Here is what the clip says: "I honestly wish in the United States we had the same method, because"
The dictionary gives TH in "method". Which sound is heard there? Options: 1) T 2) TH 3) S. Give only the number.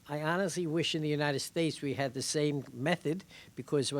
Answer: 2